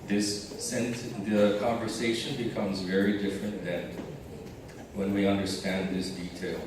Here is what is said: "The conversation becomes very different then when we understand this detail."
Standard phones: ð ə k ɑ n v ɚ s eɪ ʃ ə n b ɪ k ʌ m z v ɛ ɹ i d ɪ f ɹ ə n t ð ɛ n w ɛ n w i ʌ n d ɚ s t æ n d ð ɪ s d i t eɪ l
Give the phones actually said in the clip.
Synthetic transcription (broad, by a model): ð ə k ɑ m v ɚ s eɪ ʃ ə n b ɪ k ʌ m z v ɛ ɹ i d ɪ f ɹ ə n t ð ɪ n w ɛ n w i ʌ n d ɚ s t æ n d ð ɪ s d i t eɪ l